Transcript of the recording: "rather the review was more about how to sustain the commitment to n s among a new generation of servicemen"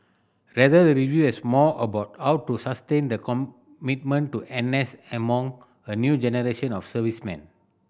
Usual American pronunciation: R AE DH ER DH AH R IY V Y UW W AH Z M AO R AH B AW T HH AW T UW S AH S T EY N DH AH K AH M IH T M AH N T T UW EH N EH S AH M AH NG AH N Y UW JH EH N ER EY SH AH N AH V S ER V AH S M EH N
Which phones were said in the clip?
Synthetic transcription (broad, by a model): R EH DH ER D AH R IY V Y UW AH S M AO AH B AW T HH AW T UW S AH S T EY N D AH K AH M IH T M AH N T T UW EH N EH S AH M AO NG AH N Y UW JH EH N ER EY SH AH N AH F S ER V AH S M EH N